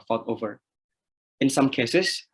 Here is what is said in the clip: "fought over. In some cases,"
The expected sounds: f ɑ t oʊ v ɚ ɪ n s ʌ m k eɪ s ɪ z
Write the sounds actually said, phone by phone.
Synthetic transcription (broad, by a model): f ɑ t oʊ v ɚ ɪ n s ʌ m k eɪ s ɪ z